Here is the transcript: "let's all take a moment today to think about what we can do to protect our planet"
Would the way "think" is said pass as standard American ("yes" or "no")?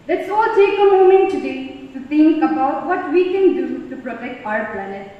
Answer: no